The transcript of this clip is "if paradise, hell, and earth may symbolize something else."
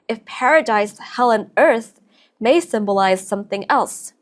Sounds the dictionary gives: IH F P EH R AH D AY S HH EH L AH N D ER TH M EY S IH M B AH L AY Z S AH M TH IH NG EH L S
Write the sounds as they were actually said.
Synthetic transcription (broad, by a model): IH F P EH R AH D AY S HH EH L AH N ER TH M EY S IH M B AH L AY Z S AH M TH IH NG EH L S